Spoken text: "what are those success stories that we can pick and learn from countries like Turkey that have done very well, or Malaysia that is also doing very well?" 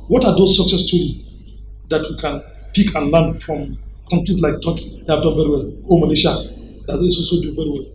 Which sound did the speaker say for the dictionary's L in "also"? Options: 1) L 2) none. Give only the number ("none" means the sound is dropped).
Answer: 2